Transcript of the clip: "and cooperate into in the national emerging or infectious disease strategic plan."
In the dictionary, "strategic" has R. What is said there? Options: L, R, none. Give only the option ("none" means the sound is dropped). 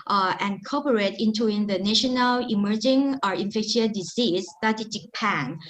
none